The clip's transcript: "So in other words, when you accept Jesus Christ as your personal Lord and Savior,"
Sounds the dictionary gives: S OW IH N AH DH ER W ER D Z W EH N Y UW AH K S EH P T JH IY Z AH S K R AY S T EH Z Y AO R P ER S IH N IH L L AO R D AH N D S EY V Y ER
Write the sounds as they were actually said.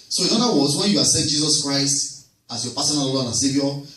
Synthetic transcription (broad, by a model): S OW IH N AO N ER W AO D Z W EH N Y UW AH S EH T JH IY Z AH S K R AY S T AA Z Y AO P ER S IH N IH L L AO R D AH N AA S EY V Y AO